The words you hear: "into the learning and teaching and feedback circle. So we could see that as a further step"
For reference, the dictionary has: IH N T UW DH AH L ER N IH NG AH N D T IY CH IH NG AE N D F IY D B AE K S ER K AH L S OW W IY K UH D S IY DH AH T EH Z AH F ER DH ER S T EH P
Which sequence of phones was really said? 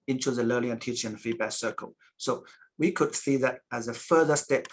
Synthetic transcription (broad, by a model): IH N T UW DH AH L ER L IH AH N T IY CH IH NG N F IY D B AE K S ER K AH L S OW W IY K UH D S IY DH AH T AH Z AH F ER DH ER S T EH P